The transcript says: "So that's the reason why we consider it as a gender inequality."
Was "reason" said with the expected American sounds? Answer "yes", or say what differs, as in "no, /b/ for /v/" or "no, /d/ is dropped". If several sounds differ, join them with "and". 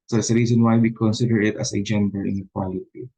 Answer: no, /s/ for /z/